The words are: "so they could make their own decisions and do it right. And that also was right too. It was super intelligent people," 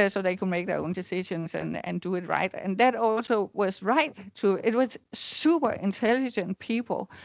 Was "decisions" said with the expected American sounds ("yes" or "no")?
no